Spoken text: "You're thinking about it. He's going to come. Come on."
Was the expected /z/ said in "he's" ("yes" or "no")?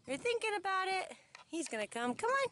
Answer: yes